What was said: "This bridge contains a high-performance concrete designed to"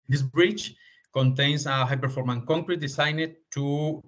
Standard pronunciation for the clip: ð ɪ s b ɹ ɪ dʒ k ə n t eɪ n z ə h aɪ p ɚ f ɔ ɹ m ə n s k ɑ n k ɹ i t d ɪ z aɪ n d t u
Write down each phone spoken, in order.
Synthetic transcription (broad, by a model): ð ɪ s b ɹ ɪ tʃ k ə n t eɪ n s ə h aɪ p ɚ f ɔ ɹ m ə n k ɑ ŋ k ɹ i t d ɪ s aɪ n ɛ t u